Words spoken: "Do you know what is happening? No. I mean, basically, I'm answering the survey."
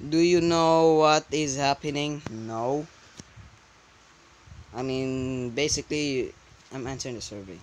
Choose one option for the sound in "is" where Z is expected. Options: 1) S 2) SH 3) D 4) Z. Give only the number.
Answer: 4